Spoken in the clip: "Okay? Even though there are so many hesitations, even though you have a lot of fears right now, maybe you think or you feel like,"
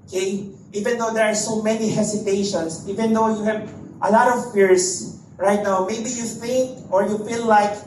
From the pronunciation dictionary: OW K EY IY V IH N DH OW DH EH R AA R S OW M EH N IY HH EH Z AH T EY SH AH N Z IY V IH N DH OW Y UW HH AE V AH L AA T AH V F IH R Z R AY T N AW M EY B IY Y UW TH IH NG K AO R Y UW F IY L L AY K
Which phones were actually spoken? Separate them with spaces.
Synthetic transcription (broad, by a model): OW K EY IY V IH N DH OW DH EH R AA R S OW M EH N IY HH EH S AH T EY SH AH N S IY V IH N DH OW Y UW HH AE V AH L AA T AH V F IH R S R AY T N AW M EY B IY Y UW F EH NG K AO R Y UW F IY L L AY K